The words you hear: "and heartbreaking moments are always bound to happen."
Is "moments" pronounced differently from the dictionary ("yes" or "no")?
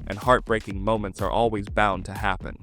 no